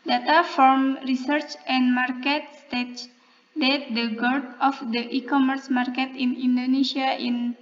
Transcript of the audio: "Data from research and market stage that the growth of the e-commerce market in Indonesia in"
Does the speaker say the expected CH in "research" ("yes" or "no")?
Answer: yes